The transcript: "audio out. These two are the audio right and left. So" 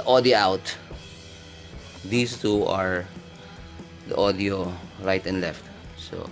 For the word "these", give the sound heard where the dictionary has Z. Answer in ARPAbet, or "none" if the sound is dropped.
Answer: S